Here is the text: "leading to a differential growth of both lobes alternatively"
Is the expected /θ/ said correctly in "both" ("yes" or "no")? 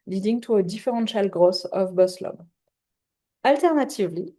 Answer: no